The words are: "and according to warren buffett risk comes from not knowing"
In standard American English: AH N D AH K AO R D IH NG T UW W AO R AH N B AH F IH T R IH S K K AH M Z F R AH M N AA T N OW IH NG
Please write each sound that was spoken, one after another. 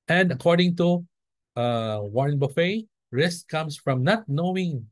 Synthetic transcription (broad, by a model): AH N D AH K AO R D IH NG T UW W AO R N B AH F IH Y R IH S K K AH M S F R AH M N AA T N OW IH NG